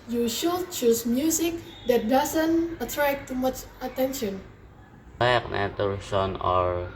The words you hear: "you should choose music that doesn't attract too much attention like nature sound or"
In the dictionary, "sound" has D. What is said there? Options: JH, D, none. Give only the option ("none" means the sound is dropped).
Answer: none